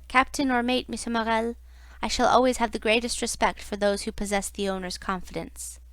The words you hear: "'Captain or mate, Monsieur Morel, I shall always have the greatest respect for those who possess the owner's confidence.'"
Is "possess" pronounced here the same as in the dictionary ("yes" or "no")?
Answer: yes